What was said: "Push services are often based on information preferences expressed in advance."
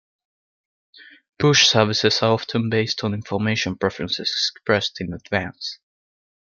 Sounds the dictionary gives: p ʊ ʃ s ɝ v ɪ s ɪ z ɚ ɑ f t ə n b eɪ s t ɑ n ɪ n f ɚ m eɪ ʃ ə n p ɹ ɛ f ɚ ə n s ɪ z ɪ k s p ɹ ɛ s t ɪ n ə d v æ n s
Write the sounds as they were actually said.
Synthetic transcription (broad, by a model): b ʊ ʃ s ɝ v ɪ s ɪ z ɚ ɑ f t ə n b eɪ s t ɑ n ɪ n f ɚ m eɪ ʃ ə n p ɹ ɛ f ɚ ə n s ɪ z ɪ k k p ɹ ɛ s t ɪ n ə d v æ n s